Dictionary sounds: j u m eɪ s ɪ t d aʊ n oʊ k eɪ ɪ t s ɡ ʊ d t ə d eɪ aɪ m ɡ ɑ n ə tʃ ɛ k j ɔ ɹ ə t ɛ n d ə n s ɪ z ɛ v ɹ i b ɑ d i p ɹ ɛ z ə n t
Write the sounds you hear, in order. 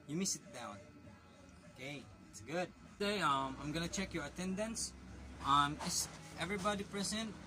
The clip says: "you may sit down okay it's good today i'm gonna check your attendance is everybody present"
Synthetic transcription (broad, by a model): j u m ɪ s ɪ t d aʊ n oʊ k eɪ ɪ t s ɡ ʊ d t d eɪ aɪ m ɡ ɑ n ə tʃ ɛ k j ɔ ɹ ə t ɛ n d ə n s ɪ s ɛ v ɹ i b ɑ d i p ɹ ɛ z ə n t